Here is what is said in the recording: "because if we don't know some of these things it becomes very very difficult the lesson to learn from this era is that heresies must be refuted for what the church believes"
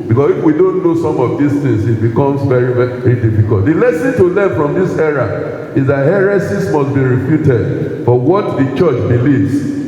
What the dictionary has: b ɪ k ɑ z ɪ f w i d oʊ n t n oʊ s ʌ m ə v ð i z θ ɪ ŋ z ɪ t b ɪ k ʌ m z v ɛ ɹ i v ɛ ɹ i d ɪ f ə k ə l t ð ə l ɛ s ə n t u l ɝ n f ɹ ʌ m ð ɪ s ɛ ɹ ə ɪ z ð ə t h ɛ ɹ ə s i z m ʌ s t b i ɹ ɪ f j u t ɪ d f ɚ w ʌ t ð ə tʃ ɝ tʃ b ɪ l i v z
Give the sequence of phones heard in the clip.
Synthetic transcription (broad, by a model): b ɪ k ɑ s ɪ f w i d oʊ n t n oʊ s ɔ m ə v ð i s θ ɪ ŋ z ɪ t b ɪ k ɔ m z v ɛ ɹ i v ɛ ɹ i d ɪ f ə k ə l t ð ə l ɛ s ə n t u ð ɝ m f ɹ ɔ m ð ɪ s ɛ ɹ ə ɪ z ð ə t h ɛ ɹ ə s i s m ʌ s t b i ɹ ɪ f j u t ɪ d f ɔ w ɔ t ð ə tʃ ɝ tʃ b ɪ l i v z